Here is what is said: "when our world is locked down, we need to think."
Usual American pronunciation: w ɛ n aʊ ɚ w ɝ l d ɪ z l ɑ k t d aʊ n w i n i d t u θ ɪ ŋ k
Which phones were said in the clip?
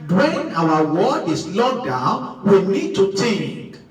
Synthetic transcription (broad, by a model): w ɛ n aʊ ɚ w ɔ d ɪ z l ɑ d aʊ n w i n i d t u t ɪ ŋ k